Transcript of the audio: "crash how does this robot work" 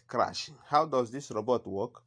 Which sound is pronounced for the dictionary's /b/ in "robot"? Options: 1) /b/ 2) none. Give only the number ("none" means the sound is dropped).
1